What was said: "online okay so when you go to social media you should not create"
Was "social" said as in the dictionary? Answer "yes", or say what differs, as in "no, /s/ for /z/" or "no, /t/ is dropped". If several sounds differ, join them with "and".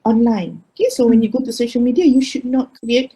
yes